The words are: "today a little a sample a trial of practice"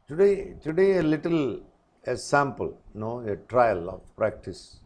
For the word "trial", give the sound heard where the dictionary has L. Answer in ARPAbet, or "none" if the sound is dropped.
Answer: L